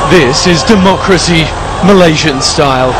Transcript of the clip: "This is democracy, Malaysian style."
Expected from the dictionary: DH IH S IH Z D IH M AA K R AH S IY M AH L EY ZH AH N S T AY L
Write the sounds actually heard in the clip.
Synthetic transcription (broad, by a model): DH IH S IH Z D IH M AA K R AH S IY M AH L EY ZH AH N S T AY L